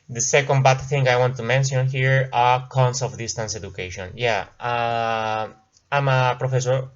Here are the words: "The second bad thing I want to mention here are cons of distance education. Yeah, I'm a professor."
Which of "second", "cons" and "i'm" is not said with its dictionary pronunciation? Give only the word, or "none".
cons